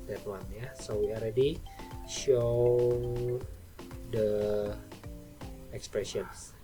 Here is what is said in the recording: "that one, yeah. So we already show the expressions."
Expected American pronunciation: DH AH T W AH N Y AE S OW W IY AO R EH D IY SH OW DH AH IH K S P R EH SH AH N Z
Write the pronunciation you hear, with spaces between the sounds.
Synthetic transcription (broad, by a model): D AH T W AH N Y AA S OW W IY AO L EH D IY SH OW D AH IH K S P R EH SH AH N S